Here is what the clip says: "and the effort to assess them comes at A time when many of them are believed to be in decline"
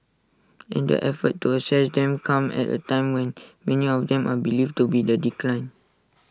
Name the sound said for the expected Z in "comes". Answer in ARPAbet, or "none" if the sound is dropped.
none